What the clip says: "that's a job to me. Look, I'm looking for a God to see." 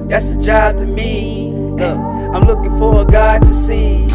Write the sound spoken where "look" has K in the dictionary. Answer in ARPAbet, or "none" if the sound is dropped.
none